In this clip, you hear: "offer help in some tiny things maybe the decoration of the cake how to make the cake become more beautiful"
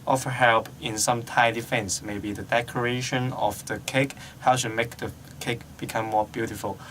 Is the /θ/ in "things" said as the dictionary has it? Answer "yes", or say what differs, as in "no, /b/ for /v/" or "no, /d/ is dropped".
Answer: no, /f/ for /θ/